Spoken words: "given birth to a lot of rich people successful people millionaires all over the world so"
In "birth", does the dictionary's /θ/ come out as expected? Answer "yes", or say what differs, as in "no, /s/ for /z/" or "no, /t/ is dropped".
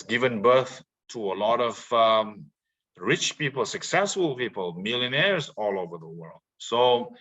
yes